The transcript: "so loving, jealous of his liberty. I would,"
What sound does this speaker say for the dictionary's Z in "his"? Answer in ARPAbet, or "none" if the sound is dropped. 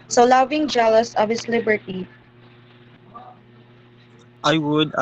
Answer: S